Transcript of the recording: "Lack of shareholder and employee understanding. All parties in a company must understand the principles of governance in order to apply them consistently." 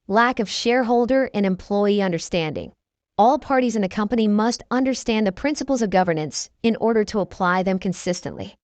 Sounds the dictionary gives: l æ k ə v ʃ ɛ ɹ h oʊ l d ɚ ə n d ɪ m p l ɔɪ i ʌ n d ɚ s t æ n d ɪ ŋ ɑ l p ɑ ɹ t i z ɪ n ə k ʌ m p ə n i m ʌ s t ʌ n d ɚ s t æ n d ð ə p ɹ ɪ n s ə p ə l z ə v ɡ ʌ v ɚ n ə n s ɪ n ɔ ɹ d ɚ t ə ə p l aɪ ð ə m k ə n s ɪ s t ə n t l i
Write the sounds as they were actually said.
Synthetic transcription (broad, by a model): l æ k ə v ʃ ɛ ɹ h oʊ l d ɚ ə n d ɪ m p l ɔɪ i ʌ n d ɚ s t æ n d ɪ ŋ ɑ l p ɑ ɹ t i z ɪ n ə k ʌ m p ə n i m ʌ s t ʌ n d ɚ s t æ n ð ə p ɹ ɪ n s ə p l z ə v ɡ ʌ v ɚ n ə n s ɪ n ɔ ɹ d ɚ t ə ə p l aɪ ð ə m k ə n s ɪ s t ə n t l i